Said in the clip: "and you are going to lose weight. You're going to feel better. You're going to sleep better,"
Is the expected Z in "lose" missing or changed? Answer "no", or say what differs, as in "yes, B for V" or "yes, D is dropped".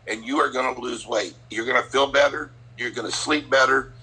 no